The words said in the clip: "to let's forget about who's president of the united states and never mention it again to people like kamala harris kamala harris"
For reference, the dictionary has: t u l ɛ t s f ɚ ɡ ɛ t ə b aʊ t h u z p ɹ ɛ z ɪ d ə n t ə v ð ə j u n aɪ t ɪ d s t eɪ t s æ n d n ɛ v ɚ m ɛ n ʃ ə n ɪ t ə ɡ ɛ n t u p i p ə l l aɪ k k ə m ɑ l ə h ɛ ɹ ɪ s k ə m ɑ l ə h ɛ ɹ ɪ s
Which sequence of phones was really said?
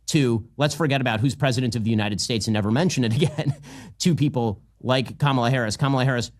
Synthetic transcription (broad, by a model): t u l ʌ t s f ɚ ɡ ɛ t ə b aʊ t h u z p ɹ ɛ z ɪ d ə n t ə v ð ə j u n aɪ t ɪ d s t eɪ t s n n ɛ v ɚ m ɛ n ʃ ə n ɪ t ə ɡ ɛ n t u p i p l l aɪ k k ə m l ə h ɛ ɹ ɪ s k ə m l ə h ɛ ɹ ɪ s